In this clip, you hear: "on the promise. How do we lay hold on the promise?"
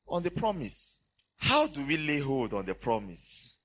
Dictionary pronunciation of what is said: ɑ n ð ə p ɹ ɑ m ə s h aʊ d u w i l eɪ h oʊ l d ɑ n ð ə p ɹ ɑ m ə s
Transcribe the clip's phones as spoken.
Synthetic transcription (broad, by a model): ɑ n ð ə p ɹ ɑ m ə s h aʊ d u w i l eɪ h oʊ l d ɑ n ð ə p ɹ ɑ m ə s